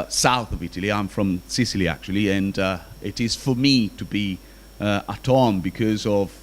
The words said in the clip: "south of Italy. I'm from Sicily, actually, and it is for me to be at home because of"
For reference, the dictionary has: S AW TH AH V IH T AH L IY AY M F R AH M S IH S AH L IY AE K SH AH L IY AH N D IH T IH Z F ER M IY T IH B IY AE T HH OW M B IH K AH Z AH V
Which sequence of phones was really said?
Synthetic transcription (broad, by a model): S AW TH AH V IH T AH L IY AY M F R AH M S IH S AH L IY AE K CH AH L IY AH N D IH T IH Z F ER M IY T IH B IY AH T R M B IH K AH Z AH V